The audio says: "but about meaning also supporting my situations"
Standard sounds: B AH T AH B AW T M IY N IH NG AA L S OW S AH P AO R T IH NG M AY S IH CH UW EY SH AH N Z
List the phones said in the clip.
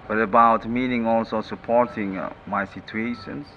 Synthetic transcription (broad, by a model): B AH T AH B AW T M IY N IH NG AA L S OW S AH P AO R T IH NG M AY S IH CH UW EY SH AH N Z